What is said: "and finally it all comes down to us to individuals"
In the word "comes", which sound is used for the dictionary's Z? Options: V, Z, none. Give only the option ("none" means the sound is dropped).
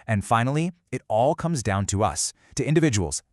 Z